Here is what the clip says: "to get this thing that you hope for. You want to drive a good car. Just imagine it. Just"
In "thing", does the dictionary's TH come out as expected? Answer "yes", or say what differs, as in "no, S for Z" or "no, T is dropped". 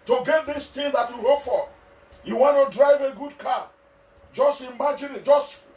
no, T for TH